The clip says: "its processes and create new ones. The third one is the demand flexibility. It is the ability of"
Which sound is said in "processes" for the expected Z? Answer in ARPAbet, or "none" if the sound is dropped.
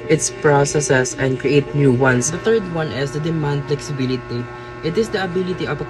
S